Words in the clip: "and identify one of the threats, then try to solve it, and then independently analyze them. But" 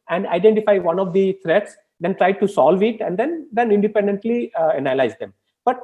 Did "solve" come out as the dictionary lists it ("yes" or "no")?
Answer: yes